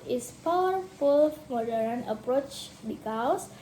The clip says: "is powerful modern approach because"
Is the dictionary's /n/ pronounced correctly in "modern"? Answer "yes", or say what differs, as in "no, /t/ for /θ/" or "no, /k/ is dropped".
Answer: yes